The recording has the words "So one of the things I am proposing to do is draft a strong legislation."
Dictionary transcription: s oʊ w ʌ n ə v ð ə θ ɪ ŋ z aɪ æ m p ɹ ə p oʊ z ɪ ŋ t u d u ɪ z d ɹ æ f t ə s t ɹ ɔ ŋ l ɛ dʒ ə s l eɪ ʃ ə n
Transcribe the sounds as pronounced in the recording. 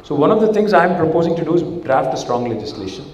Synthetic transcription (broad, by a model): s oʊ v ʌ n ə v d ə t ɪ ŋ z aɪ m p ɹ ə p oʊ z ɪ ŋ t u d u ɪ z d ɹ æ f t ə s t ɹ ɔ ŋ l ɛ dʒ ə s l eɪ ʃ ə n